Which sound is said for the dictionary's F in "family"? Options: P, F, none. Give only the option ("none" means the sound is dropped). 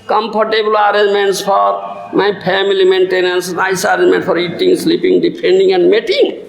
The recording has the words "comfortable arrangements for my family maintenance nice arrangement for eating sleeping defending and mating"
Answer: P